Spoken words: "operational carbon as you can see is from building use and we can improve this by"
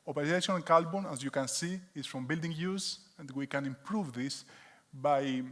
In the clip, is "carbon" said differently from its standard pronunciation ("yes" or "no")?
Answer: yes